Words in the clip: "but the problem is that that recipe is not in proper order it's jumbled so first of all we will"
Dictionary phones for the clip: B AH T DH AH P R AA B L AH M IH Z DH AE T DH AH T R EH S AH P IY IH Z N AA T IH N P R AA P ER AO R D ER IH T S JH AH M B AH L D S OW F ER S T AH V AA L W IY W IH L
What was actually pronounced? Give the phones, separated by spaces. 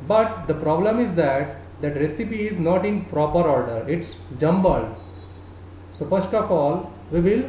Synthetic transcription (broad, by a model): B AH T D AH P R AA B L AH M IH Z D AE T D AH T R EH S AH P IY IH Z N AA T IH N P R AA P ER AO R D ER IH T S JH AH M B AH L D S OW P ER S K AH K AA L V IY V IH L